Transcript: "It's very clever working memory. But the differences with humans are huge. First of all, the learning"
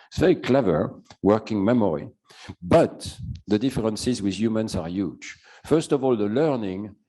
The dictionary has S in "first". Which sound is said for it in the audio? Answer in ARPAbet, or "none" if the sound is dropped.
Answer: S